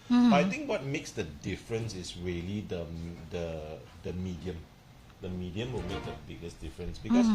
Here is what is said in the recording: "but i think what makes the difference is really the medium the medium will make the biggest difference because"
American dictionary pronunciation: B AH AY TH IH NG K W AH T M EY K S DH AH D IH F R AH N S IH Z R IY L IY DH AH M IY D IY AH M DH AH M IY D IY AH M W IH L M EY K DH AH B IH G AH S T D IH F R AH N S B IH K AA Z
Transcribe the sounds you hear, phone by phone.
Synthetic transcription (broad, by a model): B AY T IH NG K W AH T M EY K S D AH D IH F R AH N S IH S R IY L IY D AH M IY D IY AH M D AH M IY D IY AH M W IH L M EY K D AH B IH G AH S D IH F R AH N S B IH K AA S